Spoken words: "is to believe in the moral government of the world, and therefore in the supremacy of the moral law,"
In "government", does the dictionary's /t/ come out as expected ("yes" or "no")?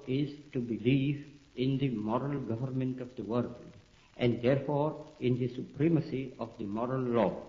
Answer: yes